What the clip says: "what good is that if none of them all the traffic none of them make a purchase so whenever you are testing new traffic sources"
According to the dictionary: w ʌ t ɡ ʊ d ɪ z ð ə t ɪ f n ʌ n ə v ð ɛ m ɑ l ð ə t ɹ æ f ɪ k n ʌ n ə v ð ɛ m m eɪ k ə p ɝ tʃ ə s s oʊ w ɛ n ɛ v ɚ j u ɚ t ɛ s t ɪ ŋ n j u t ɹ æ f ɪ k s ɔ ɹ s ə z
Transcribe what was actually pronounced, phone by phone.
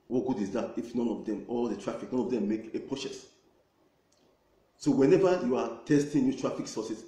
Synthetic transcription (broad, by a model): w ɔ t ɡ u d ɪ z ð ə t ɪ f n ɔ n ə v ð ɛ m ɑ l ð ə t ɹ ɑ f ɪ k n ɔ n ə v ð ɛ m m eɪ k ə p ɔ s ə s s oʊ w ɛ n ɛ v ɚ j u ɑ t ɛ s t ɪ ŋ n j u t ɹ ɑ f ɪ k s ɔ s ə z